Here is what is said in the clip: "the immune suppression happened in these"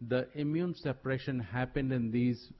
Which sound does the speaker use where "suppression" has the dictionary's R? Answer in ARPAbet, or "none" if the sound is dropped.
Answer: R